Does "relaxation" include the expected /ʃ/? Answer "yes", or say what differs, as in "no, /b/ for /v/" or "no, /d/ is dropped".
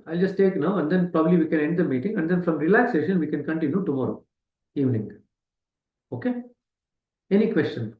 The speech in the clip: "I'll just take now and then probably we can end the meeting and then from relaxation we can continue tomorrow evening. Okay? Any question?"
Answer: yes